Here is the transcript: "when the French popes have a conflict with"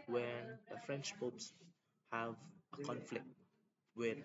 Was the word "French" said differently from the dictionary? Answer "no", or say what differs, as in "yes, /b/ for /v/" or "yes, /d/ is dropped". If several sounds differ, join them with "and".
no